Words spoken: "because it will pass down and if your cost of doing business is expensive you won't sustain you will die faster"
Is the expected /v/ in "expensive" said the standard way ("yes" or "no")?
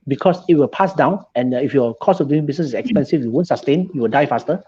no